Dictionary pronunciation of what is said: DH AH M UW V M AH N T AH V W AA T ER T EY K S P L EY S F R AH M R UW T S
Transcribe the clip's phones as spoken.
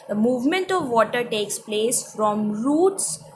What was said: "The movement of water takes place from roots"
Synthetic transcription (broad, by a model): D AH M UW V M AH N T AH V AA T ER T EY K S P L EY S F R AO M R UW T S